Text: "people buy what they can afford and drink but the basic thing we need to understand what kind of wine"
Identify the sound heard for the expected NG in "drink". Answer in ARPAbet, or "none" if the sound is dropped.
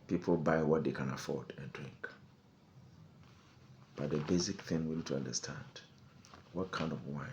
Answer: NG